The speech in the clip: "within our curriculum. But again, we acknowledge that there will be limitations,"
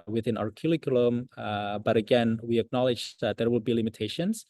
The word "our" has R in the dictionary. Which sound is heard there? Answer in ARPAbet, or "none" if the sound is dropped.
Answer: R